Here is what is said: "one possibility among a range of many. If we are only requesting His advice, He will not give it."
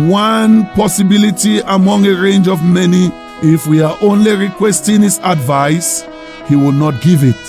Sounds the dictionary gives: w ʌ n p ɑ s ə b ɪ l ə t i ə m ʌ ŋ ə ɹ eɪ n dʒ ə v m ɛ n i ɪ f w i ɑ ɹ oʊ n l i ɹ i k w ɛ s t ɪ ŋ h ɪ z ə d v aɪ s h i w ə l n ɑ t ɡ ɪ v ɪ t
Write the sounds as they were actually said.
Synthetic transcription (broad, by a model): w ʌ n p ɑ s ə b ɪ l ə t i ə m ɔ ŋ ə ɹ eɪ n dʒ ə v m ɛ n i ɪ f w i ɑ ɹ oʊ n l i ɹ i k w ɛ s t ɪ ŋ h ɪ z ə d v aɪ s h i w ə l n ɑ t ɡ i v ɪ t